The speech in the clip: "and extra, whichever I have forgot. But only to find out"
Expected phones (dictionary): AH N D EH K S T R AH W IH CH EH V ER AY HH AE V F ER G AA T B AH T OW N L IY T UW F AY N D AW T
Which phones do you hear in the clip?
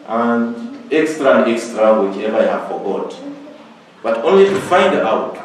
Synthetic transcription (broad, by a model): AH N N EH K S T R AH W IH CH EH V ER AY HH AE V F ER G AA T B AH T OW N L IY T UW F AY N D AW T